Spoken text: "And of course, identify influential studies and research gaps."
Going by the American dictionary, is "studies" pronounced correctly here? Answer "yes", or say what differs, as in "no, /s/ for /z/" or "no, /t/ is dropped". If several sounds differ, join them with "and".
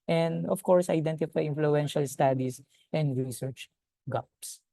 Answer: no, /s/ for /z/